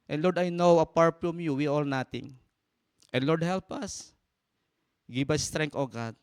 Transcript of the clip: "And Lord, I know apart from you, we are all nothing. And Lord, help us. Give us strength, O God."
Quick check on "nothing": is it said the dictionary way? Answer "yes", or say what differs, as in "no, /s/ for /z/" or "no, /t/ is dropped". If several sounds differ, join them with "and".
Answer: no, /t/ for /θ/